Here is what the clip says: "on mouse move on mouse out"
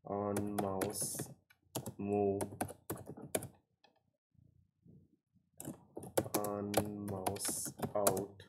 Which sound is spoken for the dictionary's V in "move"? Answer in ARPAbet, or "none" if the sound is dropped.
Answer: none